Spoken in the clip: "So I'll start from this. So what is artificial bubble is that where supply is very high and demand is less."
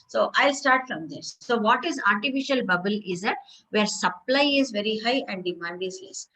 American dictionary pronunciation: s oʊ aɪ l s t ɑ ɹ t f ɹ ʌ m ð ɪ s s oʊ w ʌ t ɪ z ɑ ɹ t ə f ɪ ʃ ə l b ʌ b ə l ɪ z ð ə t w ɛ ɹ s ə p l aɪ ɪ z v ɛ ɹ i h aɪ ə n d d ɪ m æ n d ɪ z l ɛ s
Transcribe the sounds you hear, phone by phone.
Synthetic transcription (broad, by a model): s oʊ aɪ l s t ɑ ɹ t f ɹ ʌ m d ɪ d s oʊ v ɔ t ɪ z ɑ ɹ t ə f ɪ ʃ ə l b ʌ b ə l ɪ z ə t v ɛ ɹ s ə p l aɪ ɪ z v ɛ ɹ i h aɪ ə n d d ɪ m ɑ n d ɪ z l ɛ s